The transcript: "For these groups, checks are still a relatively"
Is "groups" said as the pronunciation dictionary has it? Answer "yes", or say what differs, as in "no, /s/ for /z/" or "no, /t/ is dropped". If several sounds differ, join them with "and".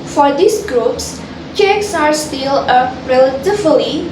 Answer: yes